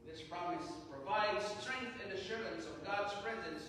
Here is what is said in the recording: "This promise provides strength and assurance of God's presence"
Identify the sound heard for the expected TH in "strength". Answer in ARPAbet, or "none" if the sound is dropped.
TH